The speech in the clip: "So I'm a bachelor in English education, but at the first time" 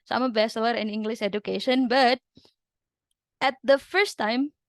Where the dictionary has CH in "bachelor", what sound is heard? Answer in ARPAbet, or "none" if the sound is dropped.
S